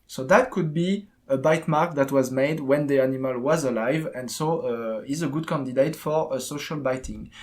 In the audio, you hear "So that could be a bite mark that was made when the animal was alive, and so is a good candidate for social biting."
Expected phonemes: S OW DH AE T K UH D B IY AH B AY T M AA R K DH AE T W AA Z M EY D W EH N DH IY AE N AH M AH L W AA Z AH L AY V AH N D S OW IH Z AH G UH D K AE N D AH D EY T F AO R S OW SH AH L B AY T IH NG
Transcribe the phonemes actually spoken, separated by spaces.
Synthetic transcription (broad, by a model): S OW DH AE T K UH D B IY AH B AY T M AA R K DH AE T W AA Z M EY D W EH N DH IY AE N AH M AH L W AA Z AH L AY V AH N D S OW IH Z AH G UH D K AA N D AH D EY T F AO R S OW SH AH L B AY T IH NG